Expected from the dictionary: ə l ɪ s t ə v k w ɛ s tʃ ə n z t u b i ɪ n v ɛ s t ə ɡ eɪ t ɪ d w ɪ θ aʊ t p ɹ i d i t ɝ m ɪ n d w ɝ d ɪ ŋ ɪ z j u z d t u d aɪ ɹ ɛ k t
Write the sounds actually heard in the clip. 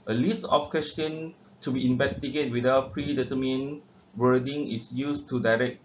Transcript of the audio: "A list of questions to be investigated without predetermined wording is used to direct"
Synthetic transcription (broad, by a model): ə l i s t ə f k w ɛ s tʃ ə n t u b i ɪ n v ɛ s t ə ɡ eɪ t w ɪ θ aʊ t p ɹ i d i t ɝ m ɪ n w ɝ d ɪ ŋ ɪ s j u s t u d aɪ ɹ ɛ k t